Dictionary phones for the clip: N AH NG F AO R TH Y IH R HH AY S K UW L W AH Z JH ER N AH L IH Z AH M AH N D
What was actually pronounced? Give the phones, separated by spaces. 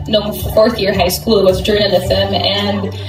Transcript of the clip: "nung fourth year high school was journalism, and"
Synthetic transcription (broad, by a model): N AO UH F AO R TH Y IH R HH AY S K UW L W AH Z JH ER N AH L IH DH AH M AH N